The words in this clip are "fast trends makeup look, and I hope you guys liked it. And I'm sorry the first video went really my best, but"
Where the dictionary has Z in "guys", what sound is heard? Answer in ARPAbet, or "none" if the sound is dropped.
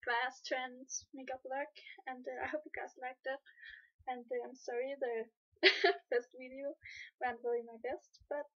S